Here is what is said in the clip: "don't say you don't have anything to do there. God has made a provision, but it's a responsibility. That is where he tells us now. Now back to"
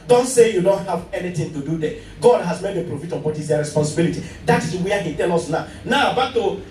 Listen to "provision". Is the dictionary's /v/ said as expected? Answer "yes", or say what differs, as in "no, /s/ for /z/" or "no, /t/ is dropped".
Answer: no, /f/ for /v/